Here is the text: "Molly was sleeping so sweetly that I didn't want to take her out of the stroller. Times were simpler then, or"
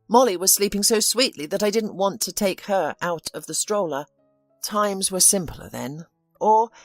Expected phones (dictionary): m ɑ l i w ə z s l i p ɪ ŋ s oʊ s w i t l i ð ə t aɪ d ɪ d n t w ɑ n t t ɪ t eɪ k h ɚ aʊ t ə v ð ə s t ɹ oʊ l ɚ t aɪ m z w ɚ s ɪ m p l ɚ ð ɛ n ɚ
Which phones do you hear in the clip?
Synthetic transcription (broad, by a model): m ɑ l i w ə z s l i p ɪ ŋ s oʊ s w i t l i ð ə t aɪ d ɪ d n t w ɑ n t t ɪ t eɪ k h ɚ aʊ t ə v ð ə s t ɹ oʊ l ɚ t aɪ m z w ɚ s ɪ m p l ɚ ð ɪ n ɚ